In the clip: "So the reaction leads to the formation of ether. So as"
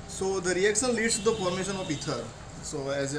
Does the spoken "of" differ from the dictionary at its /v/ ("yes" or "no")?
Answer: yes